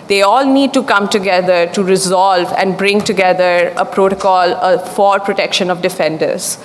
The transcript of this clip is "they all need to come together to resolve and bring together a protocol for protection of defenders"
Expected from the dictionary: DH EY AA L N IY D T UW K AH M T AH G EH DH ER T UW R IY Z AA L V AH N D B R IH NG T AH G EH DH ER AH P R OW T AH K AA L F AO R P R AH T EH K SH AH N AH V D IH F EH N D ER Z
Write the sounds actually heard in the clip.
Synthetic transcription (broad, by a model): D EY AA L N IY D T UW K AH M T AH G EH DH ER T UW R IY Z AA L V AH N D B R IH NG T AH G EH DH ER AH P R OW T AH K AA L F AO R P R AH T EH K SH AH N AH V D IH F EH N D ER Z